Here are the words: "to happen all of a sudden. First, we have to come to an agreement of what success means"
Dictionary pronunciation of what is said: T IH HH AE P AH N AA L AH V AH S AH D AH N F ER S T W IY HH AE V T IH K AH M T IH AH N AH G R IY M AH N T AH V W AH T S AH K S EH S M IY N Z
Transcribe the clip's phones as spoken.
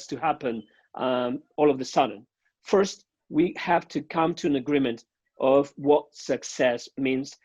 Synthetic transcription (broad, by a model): T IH HH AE P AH N AA L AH V AH S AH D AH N F ER S T W IY HH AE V T IH K AH M T IH AH N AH G R IY M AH N T AH V W AH T S AH K S EH S M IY N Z